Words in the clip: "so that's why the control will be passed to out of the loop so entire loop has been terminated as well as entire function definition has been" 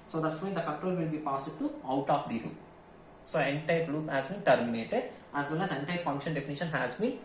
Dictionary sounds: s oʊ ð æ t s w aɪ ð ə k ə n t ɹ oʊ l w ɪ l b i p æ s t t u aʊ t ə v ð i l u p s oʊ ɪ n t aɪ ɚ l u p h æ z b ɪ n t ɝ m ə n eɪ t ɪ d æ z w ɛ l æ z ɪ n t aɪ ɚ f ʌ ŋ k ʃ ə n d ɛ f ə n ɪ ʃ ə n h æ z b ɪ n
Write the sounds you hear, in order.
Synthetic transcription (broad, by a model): s oʊ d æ t s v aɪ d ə k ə t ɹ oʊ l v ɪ l b i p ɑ s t t u aʊ t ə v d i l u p s oʊ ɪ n t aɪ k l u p h æ z b ɪ n t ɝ m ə n eɪ t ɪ d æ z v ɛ l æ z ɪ n t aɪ f ʌ ŋ k ʃ ə n d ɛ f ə n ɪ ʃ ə n h æ z b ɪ n